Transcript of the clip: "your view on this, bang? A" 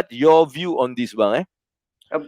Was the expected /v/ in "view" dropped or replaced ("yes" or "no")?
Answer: no